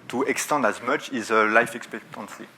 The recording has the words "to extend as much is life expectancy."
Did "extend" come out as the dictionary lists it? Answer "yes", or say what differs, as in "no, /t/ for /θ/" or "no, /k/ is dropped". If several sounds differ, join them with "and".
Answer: yes